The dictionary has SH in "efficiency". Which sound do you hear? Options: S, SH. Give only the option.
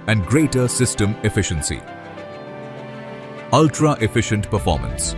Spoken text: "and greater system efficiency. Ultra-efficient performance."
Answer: SH